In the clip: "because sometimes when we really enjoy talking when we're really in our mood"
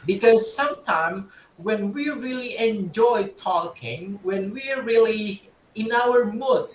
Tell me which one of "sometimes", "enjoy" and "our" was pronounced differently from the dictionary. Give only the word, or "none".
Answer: sometimes